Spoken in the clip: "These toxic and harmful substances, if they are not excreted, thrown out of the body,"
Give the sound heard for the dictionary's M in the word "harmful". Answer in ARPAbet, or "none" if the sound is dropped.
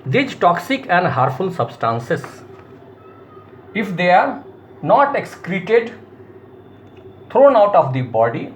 none